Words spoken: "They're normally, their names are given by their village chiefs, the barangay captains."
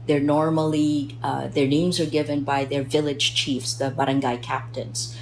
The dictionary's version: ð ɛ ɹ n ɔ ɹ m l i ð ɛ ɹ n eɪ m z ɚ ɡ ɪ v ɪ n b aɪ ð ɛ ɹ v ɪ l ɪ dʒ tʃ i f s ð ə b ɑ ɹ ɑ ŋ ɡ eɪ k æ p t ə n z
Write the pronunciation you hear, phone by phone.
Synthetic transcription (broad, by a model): ð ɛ ɹ n ɔ ɹ m l i ð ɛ ɹ n eɪ m z ɚ ɡ ɪ v ɪ n b aɪ ð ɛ ɹ v ɪ l ɪ dʒ tʃ i f s ð ə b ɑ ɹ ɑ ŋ ɡ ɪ k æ p t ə n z